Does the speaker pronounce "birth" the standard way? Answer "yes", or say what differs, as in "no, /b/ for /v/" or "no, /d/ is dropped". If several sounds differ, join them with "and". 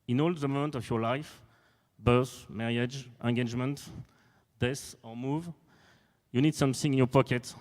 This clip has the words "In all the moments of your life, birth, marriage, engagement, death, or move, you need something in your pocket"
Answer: no, /s/ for /θ/